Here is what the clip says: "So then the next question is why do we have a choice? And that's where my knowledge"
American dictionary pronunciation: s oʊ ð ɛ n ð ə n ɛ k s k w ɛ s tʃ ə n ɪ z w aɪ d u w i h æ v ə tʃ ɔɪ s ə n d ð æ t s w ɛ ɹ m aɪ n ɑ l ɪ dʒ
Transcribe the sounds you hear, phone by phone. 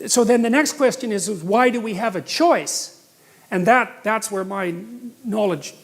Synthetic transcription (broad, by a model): s oʊ ð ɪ n ð ə n ɛ k s k w ɛ s tʃ ə n ɪ z w aɪ d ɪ w i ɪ v ə tʃ ɔɪ s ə n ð ð æ t s w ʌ ɹ m aɪ n ɑ l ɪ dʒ